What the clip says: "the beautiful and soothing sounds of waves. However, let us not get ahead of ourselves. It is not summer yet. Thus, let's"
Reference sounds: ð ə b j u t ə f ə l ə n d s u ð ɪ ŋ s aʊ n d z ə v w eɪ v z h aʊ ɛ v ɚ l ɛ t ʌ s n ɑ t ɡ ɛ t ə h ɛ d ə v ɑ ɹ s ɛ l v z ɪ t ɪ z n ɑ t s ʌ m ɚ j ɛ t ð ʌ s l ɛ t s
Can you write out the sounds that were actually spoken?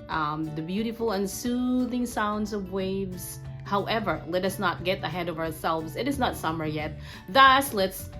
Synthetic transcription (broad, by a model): ð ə b j u t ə f l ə n s u ð ɪ ŋ s aʊ n d z ə v w eɪ v z h aʊ ɛ v ɚ l ɛ t ʌ s n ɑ t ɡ ɛ t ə h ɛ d ə v ɑ ɹ s ɛ l v z ɪ t ɪ z n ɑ t s ʌ m ɚ j ɛ t ð ʌ s l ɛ t s